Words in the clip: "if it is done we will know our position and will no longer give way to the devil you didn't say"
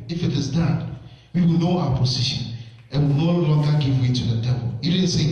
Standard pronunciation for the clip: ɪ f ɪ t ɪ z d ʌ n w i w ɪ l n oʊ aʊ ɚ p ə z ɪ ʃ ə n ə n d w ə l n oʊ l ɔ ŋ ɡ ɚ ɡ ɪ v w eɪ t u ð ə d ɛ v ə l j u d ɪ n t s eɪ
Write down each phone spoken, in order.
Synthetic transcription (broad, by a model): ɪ f ɪ t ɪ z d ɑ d w i w ɪ l n oʊ aʊ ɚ p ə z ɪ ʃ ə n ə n w ə l n oʊ l ɔ ŋ ɡ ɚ ɡ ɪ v w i t u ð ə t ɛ p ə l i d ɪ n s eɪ